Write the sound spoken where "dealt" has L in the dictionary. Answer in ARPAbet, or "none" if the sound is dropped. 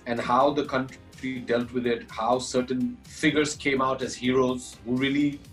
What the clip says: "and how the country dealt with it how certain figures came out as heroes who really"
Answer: L